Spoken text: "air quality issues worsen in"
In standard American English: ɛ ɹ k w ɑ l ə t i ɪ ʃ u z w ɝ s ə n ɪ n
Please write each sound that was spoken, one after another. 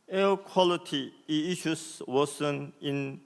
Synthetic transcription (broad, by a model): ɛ k w ɑ l ə t i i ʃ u s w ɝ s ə n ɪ n